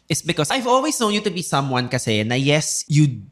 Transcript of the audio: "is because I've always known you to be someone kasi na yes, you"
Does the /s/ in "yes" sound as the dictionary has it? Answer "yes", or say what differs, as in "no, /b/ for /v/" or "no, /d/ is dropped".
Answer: yes